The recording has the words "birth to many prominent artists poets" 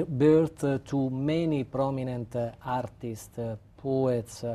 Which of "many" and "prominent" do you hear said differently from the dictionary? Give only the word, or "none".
none